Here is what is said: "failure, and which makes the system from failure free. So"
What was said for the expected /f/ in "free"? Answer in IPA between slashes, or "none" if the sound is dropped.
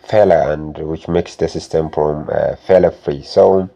/f/